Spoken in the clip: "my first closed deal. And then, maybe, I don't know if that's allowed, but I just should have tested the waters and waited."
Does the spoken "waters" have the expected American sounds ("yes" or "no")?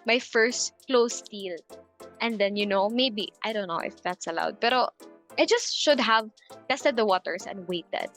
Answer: no